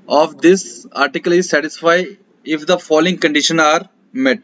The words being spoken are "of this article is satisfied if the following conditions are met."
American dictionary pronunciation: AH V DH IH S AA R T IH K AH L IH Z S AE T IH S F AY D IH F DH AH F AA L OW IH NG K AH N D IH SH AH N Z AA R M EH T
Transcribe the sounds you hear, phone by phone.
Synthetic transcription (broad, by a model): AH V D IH S AA R T IH K AH L IH Z S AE T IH S F AY IH F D AH F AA L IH NG K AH N D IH SH AH N AA R M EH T